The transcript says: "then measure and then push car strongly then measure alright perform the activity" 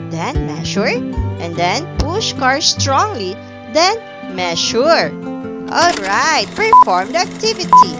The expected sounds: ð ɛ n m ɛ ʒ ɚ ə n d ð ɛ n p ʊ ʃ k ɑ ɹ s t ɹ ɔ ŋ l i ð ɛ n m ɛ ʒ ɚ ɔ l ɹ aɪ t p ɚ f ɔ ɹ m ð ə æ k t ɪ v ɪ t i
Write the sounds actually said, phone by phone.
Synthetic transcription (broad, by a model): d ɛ n m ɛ ʃ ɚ ə n d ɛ n p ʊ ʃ k ɑ ɹ s t ɹ ɔ ŋ l i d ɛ n m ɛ ʃ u ɔ l ɹ aɪ t p ɚ f ɔ ɹ m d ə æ k t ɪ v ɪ t i